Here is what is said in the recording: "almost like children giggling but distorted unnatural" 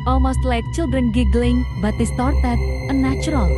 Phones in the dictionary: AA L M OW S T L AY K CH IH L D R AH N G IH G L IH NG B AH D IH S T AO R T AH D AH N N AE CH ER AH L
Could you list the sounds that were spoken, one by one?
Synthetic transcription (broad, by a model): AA L M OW S T L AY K CH IH L D R AH N G IH G L IH NG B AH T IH S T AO R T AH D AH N N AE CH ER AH L